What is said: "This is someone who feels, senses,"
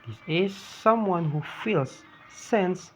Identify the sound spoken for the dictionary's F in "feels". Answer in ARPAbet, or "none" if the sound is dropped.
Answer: F